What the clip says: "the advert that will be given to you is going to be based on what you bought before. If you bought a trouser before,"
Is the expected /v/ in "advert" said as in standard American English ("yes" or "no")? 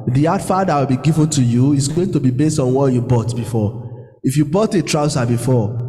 no